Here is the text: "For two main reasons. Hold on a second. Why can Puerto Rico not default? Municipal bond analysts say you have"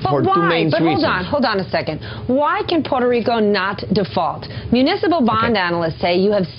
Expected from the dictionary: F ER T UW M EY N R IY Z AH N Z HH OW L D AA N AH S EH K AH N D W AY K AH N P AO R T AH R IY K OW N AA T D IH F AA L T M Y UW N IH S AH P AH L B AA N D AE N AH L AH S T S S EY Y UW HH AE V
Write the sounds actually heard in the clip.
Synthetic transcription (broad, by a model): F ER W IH M EY N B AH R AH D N HH OW L D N AH S EH K AH N D W AY K AH N P AO R T AH R IY K OW N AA T D IH F AA L T M Y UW N IH S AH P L B AA N D AE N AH L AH S T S S EY Y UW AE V